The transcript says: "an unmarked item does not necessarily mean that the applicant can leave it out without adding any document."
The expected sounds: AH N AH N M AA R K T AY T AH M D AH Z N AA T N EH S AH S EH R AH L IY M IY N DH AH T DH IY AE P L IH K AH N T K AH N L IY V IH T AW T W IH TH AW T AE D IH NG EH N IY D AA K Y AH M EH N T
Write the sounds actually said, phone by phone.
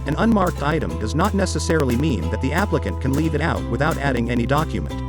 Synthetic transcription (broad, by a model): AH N AH N M AA R K T AY T AH M D AH Z N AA T N EH S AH S EH R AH L IY M IY N DH AH T DH IY AE P L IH K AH N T K AH N L IY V IH T AW T W IH TH AW T AE D IH NG EH N IY D AA K Y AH M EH N T